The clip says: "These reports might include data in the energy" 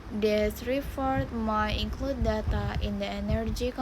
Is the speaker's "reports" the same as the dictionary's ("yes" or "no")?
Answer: no